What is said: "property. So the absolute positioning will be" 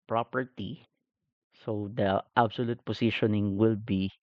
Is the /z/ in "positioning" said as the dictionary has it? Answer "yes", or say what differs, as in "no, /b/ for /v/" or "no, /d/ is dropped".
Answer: no, /s/ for /z/